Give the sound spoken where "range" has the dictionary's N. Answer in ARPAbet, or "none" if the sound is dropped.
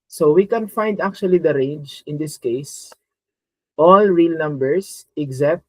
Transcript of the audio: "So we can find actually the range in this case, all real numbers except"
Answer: N